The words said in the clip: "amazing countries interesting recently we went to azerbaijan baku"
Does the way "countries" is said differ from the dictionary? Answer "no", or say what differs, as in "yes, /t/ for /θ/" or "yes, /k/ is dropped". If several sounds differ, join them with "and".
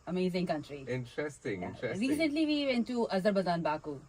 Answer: yes, /z/ is dropped